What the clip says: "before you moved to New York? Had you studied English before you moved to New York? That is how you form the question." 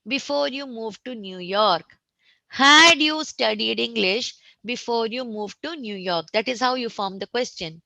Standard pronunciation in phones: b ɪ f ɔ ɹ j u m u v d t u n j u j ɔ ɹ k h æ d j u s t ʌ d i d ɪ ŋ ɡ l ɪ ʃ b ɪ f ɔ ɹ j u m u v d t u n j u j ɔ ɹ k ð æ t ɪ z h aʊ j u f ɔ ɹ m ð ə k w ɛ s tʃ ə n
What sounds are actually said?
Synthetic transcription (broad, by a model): b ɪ f ɔ ɹ j u m u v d t u n j u j ɔ ɹ k h æ d j u s t ʌ d i d ɪ ŋ ɡ l ɪ ʃ b ɪ f ɔ ɹ j u m u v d t u n j u j ɔ ɹ k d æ t ɪ z h aʊ j u f ɔ ɹ m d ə k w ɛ s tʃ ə n